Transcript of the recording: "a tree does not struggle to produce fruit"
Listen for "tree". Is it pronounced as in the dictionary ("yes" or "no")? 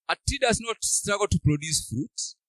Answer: no